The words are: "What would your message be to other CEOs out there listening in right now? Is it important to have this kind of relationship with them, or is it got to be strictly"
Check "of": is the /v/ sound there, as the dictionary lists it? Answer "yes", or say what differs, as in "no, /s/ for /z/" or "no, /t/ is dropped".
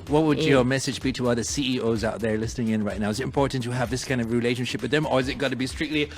yes